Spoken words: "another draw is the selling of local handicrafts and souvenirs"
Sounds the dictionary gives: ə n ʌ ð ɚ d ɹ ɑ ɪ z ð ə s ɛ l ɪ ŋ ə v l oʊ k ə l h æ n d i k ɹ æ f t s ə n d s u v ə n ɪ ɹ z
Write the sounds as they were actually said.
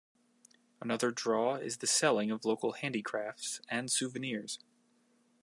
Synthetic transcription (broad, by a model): ə n ʌ ð ɚ d ɹ ɑ ɪ z ð ə s ɛ l ɪ ŋ ə v l oʊ k l h æ n d i k ɹ æ f t s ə n s u v ə n ɪ ɹ z